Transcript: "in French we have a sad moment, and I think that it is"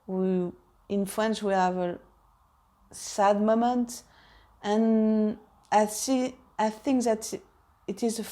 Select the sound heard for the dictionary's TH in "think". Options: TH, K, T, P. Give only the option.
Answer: TH